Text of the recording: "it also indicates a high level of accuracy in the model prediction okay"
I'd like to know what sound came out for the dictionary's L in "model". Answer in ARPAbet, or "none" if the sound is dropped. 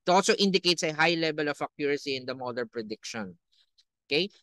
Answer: N